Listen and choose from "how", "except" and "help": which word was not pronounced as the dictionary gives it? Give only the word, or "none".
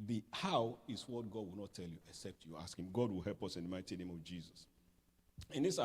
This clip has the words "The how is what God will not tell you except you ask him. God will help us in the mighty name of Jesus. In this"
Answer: none